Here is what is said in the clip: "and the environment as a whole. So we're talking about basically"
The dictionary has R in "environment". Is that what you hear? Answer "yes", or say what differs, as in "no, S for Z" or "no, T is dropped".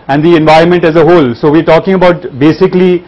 yes